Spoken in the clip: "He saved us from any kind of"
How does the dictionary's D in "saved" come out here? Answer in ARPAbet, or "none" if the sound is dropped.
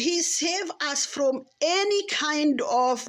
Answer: none